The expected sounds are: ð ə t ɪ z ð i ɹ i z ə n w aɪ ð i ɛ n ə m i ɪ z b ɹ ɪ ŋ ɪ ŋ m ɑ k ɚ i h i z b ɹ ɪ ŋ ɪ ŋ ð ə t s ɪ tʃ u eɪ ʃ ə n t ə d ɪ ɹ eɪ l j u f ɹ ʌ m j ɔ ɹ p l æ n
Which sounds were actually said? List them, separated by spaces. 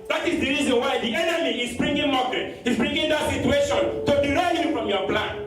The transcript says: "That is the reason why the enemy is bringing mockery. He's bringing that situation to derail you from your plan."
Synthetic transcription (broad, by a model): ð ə t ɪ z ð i ɹ i z ə n w aɪ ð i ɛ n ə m i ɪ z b ɹ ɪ ŋ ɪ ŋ m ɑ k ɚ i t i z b ɹ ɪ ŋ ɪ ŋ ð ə t s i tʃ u eɪ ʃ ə n t ə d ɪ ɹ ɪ n j u f ɹ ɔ m j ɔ p l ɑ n